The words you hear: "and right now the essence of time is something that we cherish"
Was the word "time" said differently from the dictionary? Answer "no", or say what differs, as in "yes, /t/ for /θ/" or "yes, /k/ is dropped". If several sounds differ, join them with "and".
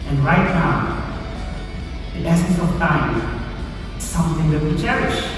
yes, /m/ is dropped